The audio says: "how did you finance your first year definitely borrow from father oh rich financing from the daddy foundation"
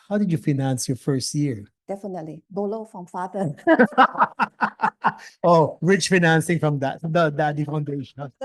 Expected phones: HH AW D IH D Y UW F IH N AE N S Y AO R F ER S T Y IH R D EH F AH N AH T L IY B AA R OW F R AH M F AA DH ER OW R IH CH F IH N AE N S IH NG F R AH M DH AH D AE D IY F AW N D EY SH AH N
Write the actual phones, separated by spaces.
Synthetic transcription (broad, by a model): HH AW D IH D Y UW F IH N AE N S Y AO R F ER S T Y IH R D EH F AH N AH T L IY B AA L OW F R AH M F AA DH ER OW R IH CH F IH N AE N S IH NG F R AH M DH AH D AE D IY F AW N D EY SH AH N